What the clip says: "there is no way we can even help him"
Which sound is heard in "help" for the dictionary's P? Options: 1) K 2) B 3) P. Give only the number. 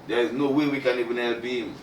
2